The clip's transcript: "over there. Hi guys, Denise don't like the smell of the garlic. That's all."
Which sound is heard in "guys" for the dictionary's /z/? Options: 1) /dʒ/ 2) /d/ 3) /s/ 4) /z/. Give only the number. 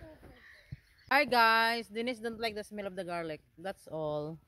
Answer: 3